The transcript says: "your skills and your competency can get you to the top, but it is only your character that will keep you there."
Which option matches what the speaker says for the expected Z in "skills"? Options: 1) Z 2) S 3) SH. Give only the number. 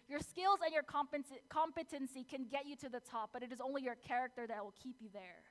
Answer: 1